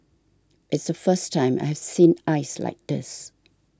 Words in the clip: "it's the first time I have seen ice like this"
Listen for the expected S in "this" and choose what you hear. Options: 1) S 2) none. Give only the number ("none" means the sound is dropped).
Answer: 1